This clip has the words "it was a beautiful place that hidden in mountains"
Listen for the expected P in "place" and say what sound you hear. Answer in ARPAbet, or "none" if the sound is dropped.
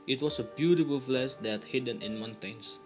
F